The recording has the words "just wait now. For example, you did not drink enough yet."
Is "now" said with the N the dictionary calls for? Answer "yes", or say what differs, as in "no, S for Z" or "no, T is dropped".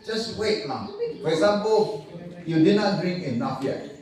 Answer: no, L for N